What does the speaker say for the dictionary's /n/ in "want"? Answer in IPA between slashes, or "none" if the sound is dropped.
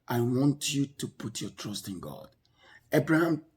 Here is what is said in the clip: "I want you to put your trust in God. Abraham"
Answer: /n/